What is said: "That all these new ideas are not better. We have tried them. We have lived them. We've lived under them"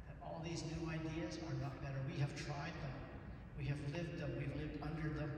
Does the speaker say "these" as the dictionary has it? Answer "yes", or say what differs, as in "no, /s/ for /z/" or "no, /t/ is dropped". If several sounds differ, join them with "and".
yes